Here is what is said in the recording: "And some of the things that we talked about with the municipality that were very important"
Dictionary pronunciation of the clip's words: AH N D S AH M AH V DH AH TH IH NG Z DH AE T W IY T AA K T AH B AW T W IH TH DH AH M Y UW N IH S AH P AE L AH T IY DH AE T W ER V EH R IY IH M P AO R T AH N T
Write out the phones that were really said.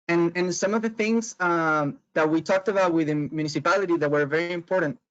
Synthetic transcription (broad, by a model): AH N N S AH M AH V DH AH TH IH NG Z DH AE T W IY T AA K T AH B AW T W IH DH AH M Y UW N IH S AH P AE L AH T IY DH AE T W ER V EH R IY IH M P AO R T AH N T